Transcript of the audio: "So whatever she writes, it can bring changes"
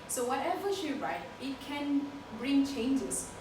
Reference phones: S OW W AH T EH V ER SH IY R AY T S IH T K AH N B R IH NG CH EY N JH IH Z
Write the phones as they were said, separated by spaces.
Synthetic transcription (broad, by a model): S OW W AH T EH V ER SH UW R AY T IH T K AH N B R IH NG CH EY N JH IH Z